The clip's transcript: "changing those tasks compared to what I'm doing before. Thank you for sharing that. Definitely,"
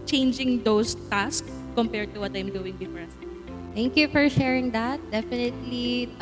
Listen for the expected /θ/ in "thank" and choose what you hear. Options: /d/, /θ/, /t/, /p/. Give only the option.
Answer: /t/